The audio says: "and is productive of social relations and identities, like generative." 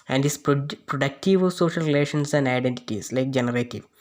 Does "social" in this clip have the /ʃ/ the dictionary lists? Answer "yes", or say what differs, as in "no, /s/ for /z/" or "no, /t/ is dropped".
yes